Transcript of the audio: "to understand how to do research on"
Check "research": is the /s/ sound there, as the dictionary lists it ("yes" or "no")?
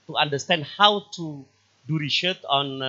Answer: no